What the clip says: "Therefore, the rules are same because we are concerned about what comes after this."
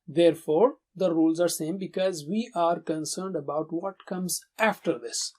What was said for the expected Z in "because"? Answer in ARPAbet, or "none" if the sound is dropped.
Z